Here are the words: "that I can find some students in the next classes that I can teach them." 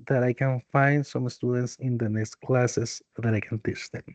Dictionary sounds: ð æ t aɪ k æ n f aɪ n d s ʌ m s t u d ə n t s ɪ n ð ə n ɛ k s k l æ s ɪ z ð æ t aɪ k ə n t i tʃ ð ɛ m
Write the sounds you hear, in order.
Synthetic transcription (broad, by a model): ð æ t aɪ k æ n f aɪ n d s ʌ m s t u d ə n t s ɪ n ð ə n ɛ k s k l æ s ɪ s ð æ t aɪ k ə n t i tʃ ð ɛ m